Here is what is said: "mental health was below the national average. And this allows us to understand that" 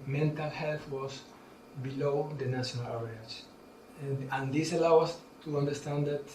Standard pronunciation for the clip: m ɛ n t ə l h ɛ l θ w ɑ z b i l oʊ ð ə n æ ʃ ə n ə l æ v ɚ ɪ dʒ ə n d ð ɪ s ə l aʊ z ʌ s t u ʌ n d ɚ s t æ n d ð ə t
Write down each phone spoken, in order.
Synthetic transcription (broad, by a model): m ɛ n t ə l h ɛ l θ w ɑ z b i l oʊ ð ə n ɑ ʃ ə n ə l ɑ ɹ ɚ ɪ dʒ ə n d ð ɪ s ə l aʊ ʌ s t u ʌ n d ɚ s t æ n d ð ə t